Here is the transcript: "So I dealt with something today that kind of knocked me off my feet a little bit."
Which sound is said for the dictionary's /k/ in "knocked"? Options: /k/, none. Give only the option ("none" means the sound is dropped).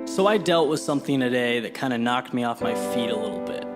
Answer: /k/